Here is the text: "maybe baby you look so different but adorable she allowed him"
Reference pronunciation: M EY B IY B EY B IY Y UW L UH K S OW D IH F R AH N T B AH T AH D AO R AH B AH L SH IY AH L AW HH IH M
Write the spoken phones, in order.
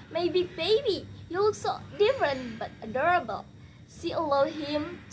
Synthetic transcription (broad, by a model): M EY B IY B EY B IY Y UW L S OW D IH F R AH N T B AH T AH D AO R AH B AH L S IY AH L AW HH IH M